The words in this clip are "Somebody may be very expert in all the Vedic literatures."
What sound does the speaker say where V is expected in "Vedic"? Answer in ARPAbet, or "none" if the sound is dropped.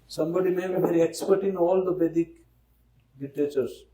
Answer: B